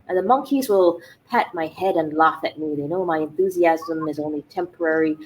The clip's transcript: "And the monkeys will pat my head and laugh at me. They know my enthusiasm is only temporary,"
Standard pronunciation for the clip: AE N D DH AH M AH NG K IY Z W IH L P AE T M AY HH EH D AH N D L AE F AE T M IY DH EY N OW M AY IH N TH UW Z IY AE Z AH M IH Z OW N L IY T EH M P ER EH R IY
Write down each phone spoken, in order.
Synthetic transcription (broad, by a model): DH AH M AH NG K IY Z W IH L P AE T M AY HH EH D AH N L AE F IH T M IY DH EY N OW M AY IH N TH UW Z IY AE Z AH M IH Z OW N L IY T EH M P ER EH R IY